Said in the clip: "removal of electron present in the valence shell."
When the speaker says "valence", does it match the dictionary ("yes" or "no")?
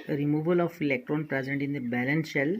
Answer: no